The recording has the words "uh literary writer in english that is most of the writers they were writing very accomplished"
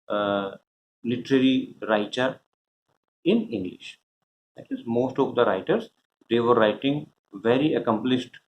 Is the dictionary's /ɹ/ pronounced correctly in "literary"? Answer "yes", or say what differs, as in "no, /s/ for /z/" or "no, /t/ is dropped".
yes